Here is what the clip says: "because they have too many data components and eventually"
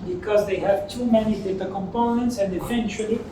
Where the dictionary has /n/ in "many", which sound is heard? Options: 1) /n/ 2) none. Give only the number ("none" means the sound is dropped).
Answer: 1